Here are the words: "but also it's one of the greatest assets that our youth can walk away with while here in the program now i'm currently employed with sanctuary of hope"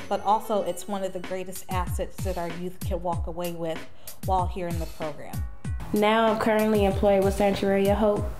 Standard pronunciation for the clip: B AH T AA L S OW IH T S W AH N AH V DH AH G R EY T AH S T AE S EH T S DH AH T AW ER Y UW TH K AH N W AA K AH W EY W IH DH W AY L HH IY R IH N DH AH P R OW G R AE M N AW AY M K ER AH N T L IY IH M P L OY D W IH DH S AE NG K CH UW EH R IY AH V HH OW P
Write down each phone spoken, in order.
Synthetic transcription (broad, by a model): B AH T AA L S OW IH T S W AH N AH V DH AH G R EY T AH S T AE S EH T S DH AH T AW ER Y UW TH K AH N W AA K AH W EY W IH DH W AY L HH IY R IH N DH AH P R OW G R AE M N AW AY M K ER AH N T L IY IH M P L OY D W IH DH S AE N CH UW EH R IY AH HH OW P